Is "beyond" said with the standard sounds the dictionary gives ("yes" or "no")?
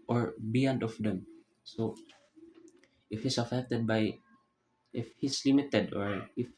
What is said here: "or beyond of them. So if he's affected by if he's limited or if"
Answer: yes